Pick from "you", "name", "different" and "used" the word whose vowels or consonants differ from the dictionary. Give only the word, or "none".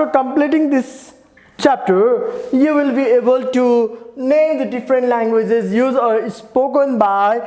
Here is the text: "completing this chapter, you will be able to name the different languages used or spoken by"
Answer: used